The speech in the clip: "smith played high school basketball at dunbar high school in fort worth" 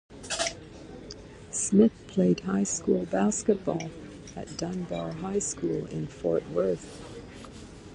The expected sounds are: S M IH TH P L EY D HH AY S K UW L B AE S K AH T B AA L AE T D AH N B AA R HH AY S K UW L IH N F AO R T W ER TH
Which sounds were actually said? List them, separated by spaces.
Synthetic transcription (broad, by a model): S M IH TH P L EY D HH AY S K UW L B AE S K AH T B AA L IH T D AH N B AA L HH AY S K UW L IH N F AO R T W ER TH